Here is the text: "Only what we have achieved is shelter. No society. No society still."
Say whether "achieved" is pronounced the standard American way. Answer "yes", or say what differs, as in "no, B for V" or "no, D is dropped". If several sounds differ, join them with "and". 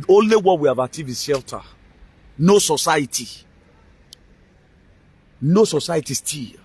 no, D is dropped